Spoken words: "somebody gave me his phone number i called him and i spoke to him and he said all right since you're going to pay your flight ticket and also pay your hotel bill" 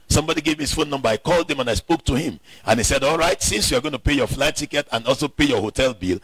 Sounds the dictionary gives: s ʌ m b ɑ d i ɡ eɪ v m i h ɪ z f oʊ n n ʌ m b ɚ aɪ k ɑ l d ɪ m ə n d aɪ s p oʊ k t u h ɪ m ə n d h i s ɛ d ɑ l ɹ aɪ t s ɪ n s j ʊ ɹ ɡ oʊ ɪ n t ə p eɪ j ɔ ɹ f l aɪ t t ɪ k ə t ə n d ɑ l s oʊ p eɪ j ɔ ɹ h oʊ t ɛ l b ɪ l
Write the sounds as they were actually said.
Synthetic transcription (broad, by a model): s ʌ m b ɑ d i ɡ eɪ v m i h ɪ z f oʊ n n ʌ m b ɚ aɪ k ɑ l d ɪ m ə n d aɪ s p oʊ k t u h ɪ m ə n h i s ɛ d ɑ l ɹ aɪ t s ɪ n s j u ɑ ɡ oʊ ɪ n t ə p eɪ j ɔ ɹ f l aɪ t t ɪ k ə t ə n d ɑ l s oʊ p eɪ j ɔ h oʊ t ɛ l b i l